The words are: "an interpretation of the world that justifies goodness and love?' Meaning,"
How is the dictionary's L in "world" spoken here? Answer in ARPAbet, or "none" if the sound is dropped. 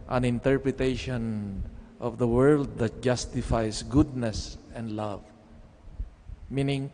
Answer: L